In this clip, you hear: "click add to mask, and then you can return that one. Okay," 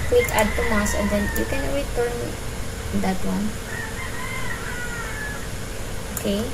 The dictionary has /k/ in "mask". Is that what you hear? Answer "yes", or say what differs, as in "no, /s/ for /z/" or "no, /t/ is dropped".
no, /k/ is dropped